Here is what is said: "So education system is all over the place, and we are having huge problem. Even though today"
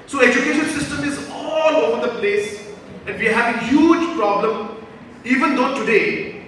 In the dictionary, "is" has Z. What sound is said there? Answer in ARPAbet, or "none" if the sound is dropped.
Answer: Z